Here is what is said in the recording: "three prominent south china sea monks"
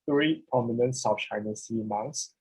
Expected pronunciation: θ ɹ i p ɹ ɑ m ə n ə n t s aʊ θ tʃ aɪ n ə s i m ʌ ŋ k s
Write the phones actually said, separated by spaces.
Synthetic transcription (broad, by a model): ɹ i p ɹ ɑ m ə n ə n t s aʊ f tʃ aɪ n ə s i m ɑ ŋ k s